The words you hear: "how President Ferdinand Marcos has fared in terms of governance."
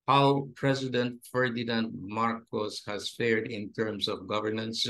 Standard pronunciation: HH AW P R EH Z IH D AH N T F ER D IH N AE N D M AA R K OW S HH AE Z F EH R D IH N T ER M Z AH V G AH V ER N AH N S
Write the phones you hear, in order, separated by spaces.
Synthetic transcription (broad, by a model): HH AW P R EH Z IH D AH N T F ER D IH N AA N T M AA R K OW S HH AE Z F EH R D IH N T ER M S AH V G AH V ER N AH N S